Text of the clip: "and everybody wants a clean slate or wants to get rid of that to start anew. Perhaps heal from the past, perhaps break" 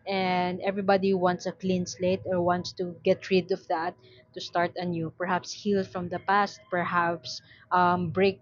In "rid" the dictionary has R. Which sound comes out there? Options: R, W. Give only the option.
R